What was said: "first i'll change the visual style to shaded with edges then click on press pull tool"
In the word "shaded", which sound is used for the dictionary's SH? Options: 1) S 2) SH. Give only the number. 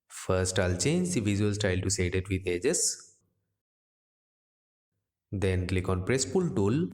1